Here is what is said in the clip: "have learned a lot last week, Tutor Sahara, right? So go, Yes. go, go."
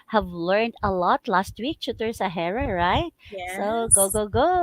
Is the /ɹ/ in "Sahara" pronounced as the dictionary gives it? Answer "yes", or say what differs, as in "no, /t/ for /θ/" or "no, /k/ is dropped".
yes